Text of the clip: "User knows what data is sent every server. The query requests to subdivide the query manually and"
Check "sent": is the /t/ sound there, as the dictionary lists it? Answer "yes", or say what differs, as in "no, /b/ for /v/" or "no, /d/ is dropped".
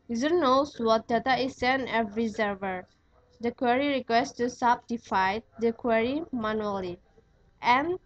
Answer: no, /t/ is dropped